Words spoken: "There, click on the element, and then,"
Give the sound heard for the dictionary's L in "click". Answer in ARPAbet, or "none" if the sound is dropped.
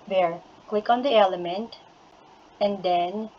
W